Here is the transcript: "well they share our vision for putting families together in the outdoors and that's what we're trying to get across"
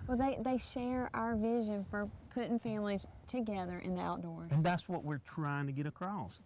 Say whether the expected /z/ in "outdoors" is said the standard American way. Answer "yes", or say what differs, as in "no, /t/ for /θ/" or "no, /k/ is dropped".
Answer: no, /z/ is dropped